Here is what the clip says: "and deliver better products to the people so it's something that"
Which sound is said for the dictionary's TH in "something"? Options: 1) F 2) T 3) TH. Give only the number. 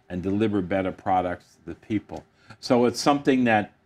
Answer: 3